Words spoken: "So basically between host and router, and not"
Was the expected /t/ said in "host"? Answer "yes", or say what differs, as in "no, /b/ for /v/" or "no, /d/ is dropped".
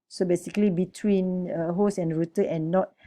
no, /t/ is dropped